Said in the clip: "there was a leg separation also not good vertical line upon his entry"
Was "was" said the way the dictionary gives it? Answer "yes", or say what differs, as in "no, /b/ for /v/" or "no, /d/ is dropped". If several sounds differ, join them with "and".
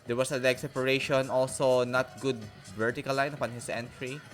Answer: no, /s/ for /z/